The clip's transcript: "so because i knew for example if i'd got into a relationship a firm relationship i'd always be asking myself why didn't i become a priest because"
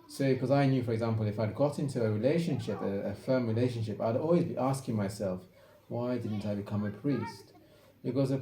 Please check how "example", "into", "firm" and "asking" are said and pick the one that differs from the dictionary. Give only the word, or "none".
none